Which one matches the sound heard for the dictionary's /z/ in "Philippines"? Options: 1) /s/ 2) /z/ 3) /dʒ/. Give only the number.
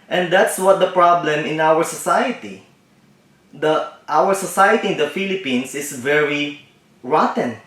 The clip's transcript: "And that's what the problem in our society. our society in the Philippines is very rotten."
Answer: 1